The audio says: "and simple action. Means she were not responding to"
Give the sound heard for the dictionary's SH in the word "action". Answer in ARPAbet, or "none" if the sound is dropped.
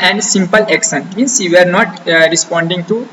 S